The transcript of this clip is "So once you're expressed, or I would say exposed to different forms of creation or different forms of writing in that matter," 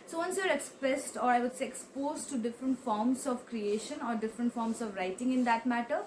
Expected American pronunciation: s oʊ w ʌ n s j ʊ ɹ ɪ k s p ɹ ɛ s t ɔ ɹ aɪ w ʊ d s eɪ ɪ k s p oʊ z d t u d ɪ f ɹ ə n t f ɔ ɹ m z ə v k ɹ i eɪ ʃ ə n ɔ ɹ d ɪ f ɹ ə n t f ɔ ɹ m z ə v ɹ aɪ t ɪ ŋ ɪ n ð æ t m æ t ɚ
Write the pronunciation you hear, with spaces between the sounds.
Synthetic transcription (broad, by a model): s oʊ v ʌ n s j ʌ ɹ ɪ k s p ɹ ɛ s t ɔ ɹ aɪ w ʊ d s eɪ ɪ k s p oʊ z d t u d ɪ f ɹ ə n t f ɔ ɹ m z ə v k ɹ i eɪ ʃ ə n ɔ ɹ d ɪ f ɹ ə n t f ɔ ɹ m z ə v ɹ aɪ t ɪ ŋ ɪ n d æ t m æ t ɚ